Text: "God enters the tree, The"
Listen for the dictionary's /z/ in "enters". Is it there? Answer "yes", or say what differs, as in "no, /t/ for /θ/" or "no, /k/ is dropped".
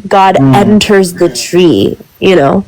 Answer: yes